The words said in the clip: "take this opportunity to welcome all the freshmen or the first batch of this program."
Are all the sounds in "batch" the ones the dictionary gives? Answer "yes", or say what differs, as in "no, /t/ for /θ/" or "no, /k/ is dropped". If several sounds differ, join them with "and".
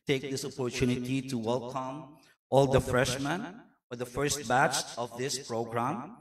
yes